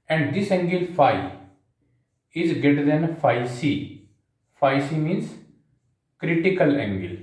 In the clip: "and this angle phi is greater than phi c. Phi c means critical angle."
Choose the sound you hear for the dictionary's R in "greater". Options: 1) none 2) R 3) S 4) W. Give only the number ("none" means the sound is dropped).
1